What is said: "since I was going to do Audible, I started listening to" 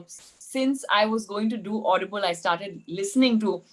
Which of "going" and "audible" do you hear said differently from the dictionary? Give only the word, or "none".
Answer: none